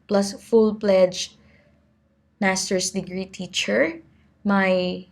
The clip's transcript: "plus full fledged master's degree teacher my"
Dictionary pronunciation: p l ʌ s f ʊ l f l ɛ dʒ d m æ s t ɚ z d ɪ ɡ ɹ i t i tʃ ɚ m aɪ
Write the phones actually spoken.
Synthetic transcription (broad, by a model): p l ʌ s f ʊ l p l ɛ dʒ m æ s t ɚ s d ɪ ɡ ɹ i t i tʃ ɚ m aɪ